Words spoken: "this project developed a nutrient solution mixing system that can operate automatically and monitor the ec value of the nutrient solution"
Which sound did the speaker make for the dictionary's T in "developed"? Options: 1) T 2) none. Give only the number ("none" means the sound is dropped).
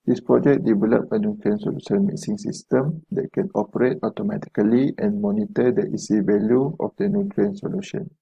2